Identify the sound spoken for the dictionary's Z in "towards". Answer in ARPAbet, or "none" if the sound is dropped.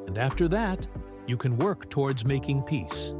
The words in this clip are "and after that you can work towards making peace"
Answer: Z